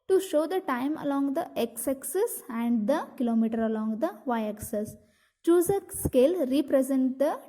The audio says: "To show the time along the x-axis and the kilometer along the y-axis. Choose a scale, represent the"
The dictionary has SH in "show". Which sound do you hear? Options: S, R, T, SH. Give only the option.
SH